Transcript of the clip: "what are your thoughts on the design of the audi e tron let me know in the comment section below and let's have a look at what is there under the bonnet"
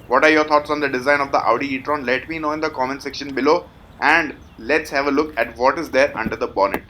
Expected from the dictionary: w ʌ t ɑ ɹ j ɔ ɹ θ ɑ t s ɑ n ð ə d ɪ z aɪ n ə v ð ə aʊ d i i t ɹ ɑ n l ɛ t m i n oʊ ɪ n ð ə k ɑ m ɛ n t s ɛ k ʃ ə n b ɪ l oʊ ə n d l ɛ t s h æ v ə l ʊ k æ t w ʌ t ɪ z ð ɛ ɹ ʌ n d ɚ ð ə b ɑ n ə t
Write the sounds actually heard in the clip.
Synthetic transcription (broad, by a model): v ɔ t ɑ ɹ j ɔ ɹ t ɑ t s ɑ n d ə d ɪ z aɪ n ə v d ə aʊ d i i t ɹ ɑ n l ɛ t m i n oʊ ɪ n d ə k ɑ m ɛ n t s ɛ k ʃ ə n b ɪ l oʊ ə n d l ɛ t s h æ v ə l ʊ k æ t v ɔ t ɪ z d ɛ ɹ ʌ n d ɚ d ə b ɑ n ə t